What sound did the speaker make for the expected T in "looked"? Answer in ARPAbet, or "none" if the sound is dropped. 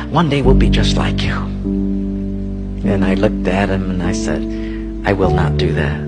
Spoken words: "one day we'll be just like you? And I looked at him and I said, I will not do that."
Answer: T